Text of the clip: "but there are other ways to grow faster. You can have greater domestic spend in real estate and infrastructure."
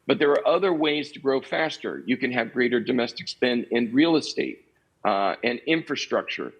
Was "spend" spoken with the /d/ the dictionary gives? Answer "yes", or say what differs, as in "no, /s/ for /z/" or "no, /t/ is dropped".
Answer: no, /d/ is dropped